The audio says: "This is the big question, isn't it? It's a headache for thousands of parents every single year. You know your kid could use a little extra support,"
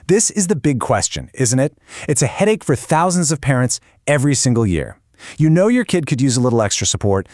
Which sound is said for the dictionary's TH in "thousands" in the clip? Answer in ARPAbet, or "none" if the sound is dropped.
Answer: TH